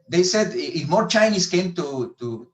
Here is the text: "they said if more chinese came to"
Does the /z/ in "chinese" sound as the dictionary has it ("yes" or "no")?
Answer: no